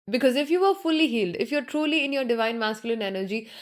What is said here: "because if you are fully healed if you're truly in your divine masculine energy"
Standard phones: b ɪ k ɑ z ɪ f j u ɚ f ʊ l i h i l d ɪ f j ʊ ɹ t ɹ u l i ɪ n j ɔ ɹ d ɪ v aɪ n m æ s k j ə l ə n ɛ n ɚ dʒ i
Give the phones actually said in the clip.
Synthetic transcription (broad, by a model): b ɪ k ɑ z ɪ f j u ɚ f ʊ l i h i l d ɪ f j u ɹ t ɹ u l i ɪ n j ɔ ɹ d ɪ v aɪ n m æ s k j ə l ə n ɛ n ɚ dʒ i